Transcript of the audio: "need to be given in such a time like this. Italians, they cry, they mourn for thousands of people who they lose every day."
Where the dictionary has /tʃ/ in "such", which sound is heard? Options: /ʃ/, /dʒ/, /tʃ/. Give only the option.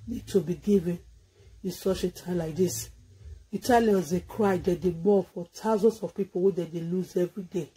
/ʃ/